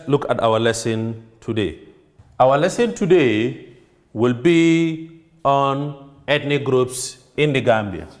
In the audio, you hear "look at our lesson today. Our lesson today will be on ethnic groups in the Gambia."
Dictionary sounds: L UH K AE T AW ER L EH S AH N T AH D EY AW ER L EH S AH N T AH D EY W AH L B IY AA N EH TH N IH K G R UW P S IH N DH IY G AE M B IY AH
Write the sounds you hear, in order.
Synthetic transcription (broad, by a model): L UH K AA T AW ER L EH S AH N T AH D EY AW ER L EH S AH N T AH D EY W AH L B IY AA N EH T N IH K G R UW P S IH N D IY G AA M B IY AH